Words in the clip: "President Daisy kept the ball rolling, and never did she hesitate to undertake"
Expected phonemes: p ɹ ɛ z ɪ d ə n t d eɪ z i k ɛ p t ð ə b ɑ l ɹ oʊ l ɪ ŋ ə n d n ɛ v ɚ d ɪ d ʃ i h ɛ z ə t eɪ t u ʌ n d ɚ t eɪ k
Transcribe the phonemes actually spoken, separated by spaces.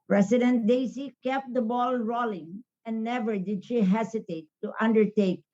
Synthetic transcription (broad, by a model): p ɹ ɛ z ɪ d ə n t d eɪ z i k ɛ p t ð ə b ɑ l ɹ oʊ l ɪ ŋ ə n n ɛ v ɚ d ɪ d ʃ i h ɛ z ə t eɪ t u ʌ n d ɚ t eɪ k